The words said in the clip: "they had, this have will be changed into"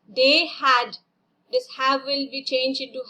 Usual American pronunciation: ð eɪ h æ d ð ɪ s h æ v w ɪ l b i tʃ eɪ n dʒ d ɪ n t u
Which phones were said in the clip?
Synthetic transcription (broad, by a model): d eɪ h æ d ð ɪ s h æ v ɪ l b i tʃ eɪ n dʒ ɪ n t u